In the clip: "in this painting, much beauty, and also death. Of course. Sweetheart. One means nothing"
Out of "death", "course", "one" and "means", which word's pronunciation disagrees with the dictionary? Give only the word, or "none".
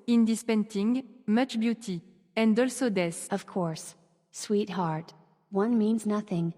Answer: death